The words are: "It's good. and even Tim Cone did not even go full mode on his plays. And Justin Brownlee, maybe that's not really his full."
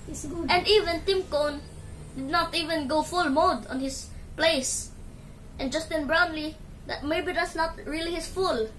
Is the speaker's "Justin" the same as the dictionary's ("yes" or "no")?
yes